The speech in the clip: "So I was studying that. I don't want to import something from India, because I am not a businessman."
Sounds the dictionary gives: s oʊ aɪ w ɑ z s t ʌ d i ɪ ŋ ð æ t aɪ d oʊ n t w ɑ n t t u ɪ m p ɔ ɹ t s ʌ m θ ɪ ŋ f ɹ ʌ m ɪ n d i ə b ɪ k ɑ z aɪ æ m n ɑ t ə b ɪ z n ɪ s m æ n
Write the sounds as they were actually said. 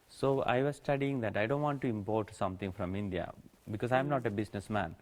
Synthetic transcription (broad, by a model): s oʊ aɪ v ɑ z s t ʌ d i ɪ ŋ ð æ t aɪ d oʊ n t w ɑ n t t u ɪ m p ɔ ɹ t s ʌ m t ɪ ŋ f ɹ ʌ m ɪ n d i ə b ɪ k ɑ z aɪ m n ɑ t ə b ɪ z n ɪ s m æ n